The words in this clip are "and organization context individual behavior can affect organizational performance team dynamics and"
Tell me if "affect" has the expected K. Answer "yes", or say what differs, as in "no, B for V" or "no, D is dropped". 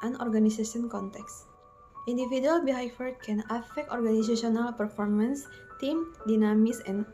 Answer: yes